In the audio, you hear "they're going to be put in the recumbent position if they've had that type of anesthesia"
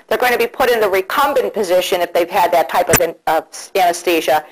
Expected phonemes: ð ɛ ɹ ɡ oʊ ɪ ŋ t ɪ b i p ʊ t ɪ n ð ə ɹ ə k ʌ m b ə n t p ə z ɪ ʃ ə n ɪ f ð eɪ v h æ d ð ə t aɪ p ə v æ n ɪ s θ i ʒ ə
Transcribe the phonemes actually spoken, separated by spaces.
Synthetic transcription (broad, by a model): ð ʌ ɹ ɡ oʊ ɪ ŋ t ɪ b i p ʊ t ɪ n ð ə ɹ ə k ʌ m b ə n p ə z ɪ ʃ ə n ɪ f ð eɪ v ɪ d ð ə t aɪ p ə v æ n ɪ s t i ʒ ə